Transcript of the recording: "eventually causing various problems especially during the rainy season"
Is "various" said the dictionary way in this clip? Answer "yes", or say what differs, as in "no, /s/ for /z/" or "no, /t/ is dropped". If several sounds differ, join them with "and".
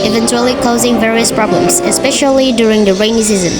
yes